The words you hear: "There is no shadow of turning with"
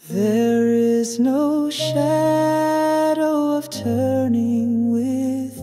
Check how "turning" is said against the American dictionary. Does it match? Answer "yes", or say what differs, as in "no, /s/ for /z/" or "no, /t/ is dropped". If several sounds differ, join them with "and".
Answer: yes